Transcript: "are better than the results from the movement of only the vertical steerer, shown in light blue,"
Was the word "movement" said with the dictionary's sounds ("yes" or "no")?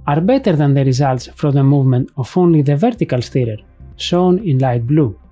yes